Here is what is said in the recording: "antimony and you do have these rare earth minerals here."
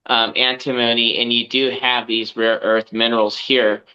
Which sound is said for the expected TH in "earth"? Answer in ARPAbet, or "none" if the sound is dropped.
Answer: TH